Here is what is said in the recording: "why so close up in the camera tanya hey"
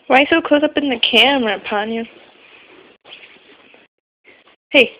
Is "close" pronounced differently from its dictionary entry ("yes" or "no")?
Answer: yes